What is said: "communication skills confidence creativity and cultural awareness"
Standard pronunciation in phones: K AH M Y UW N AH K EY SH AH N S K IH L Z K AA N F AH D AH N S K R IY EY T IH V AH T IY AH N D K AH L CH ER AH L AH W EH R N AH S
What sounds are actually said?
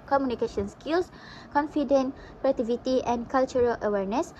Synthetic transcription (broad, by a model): K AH M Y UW N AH K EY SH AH N S K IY L S K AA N F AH D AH N K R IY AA T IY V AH T IY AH N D K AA L CH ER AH L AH W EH R N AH S